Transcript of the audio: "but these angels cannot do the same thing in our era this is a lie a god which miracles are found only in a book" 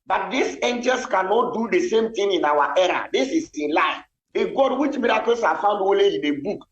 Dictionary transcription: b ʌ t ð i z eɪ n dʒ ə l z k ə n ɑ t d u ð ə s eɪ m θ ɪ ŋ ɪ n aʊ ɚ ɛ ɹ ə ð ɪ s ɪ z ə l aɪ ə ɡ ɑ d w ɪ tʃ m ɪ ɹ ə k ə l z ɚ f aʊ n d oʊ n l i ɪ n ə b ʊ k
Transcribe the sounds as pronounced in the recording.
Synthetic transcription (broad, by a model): b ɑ t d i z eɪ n dʒ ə l s k ə n ɑ t d u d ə s eɪ m t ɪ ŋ ɪ n aʊ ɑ ɛ ɹ ə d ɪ s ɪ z ə l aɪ ə ɡ ɑ d w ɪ tʃ m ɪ ɹ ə k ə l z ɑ f aʊ n d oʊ l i ɪ n ə b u k